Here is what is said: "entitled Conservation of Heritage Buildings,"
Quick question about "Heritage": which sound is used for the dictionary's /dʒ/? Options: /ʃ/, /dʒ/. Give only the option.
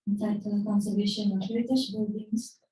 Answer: /ʃ/